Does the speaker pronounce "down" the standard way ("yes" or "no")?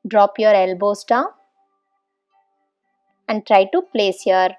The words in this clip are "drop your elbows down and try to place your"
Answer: no